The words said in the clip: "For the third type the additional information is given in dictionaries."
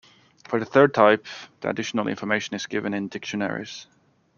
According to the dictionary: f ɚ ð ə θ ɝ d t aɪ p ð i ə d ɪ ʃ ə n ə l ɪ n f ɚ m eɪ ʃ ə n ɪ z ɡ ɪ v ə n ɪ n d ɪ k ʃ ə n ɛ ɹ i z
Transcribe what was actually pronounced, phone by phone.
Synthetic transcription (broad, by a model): f ɚ ð ə θ ɝ d t aɪ p ð i ə d ɪ ʃ ə n ə l ɪ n f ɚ m eɪ ʃ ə n ɪ z ɡ ɪ v ə n ɪ n d ɪ k ʃ ə n ɛ ɹ i z